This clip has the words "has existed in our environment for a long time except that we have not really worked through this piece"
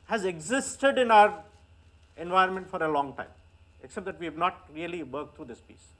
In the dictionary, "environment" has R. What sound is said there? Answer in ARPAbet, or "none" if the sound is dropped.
none